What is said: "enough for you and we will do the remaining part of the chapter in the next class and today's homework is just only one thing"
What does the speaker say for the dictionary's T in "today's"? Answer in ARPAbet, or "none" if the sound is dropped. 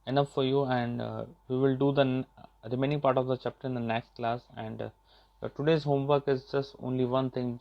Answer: T